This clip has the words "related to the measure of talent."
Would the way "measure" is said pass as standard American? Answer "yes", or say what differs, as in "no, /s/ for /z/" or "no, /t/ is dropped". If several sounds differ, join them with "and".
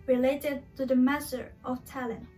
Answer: no, /s/ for /ʒ/